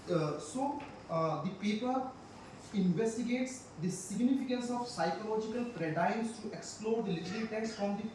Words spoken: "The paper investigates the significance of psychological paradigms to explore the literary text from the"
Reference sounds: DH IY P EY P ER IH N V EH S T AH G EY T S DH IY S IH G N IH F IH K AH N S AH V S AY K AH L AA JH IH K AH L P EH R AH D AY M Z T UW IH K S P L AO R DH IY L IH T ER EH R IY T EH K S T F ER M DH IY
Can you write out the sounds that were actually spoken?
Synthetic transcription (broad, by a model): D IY P EY P ER IH N V EH S T AH G EY T S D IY S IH G N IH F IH K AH N S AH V S AY K AH L AA JH IH K AH L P R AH D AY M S T UW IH K S P L AO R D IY L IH T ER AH L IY T EH K S T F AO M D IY